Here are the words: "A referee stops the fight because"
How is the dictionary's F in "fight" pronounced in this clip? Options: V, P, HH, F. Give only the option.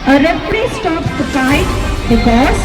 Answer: P